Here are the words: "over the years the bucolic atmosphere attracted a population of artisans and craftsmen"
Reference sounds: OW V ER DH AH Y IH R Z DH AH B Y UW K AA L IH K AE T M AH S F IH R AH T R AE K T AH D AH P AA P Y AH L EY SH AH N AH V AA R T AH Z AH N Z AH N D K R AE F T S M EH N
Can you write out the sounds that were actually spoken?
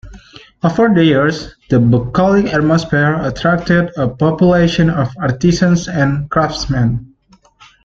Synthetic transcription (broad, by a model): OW F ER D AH Y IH R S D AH B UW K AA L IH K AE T M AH S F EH R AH T R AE K T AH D AH P AA P Y AH L EY SH AH N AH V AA R T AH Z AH N S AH N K R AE F T S M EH N